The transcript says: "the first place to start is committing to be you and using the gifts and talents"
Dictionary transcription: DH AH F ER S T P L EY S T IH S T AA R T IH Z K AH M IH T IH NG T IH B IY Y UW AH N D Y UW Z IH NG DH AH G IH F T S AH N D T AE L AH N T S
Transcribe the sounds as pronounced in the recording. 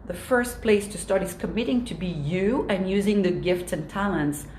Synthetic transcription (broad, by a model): DH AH F ER S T P L EY S T IH S T AA R T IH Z K AH M IH T IH NG T IH B IY Y UW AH N Y UW Z IH NG DH AH G IH F T S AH N T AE L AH N T S